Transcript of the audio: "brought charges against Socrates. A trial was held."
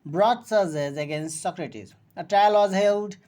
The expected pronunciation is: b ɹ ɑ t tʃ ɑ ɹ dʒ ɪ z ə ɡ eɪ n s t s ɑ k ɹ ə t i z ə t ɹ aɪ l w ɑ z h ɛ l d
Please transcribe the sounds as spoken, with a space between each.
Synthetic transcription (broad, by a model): b ɹ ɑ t s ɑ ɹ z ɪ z ə ɡ eɪ n s t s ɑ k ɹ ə t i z ə t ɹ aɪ l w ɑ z h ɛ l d